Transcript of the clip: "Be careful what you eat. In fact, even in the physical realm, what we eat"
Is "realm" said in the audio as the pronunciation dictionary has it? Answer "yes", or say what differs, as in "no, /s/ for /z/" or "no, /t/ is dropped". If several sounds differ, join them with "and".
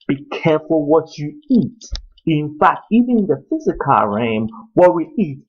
no, /l/ is dropped